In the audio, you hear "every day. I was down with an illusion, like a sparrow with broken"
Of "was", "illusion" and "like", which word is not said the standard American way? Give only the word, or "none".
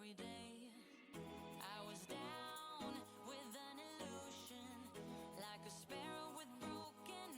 none